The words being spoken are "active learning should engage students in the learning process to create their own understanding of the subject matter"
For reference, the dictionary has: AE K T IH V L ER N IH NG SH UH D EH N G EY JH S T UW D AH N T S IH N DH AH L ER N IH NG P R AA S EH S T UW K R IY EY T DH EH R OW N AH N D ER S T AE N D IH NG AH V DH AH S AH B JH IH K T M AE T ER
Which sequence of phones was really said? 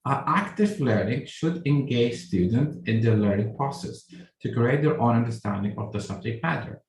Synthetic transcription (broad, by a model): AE K T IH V L ER N IH NG SH UH D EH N G EY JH S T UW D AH N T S IH N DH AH L ER N IH NG P R AA S EH S T UW K R IY EY T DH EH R OW N AH N D ER S T AE N D IH NG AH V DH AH S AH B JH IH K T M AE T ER